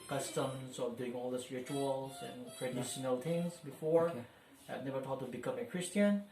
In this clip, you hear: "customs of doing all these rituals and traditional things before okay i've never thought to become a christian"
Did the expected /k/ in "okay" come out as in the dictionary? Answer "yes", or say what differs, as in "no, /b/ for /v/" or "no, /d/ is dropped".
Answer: no, /k/ is dropped